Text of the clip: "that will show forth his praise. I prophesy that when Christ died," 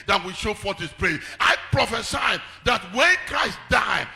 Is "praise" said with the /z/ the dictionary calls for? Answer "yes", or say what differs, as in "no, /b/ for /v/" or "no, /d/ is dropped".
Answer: no, /z/ is dropped